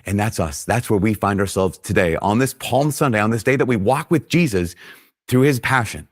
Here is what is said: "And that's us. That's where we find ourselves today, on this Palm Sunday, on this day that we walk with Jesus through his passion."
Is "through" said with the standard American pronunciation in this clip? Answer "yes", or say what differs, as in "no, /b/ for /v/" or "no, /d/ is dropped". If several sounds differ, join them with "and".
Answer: yes